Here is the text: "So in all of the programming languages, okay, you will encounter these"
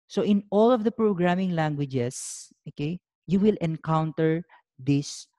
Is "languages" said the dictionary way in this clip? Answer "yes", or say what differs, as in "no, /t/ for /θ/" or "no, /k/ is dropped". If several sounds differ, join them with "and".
no, /s/ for /z/